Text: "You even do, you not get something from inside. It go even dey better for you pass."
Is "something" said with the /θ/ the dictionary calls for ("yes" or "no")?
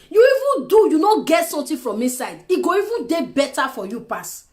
no